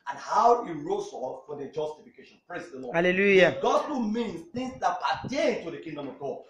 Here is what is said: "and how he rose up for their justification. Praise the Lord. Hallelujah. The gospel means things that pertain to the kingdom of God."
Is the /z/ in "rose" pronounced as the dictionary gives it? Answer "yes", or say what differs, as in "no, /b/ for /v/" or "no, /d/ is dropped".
no, /s/ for /z/